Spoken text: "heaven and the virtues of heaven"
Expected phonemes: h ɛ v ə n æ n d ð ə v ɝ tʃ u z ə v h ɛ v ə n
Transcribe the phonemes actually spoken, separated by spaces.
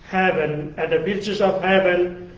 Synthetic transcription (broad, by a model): h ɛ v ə n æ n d ð ə b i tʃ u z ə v h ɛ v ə n